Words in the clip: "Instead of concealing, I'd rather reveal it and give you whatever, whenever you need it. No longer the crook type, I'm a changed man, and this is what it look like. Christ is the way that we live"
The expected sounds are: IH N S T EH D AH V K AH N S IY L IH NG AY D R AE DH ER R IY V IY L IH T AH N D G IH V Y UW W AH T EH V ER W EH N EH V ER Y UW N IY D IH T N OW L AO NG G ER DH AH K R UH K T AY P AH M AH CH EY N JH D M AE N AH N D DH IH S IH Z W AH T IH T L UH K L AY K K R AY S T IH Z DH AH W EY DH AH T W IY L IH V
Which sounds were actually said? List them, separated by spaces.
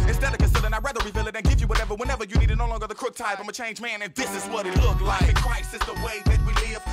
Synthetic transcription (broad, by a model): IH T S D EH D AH K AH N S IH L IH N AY R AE DH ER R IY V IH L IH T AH N G IH V Y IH W AH T EH V ER W EH N EH V ER Y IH N IY D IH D N OW L AO NG G ER DH AH K R UH K T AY F AH M AH CH EY N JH M AE N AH N DH IH S IH Z W AH T IH T L UH K L AY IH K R AY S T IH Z DH AH W EY DH AH T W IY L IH